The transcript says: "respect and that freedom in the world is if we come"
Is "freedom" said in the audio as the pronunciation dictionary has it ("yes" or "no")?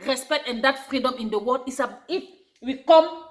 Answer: yes